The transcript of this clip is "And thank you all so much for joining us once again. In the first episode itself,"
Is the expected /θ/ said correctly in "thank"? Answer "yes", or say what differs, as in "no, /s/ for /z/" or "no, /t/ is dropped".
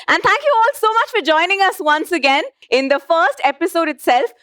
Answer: no, /t/ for /θ/